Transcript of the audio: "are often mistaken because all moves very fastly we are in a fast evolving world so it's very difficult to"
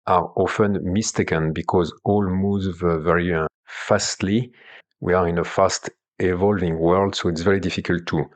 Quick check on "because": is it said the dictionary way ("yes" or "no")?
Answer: yes